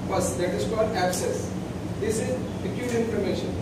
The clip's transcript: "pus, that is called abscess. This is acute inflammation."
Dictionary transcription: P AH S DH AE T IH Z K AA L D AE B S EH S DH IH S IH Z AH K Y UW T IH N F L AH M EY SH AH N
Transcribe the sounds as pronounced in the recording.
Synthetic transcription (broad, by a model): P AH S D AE T IH Z K AA L D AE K S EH S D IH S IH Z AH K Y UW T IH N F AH M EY SH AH N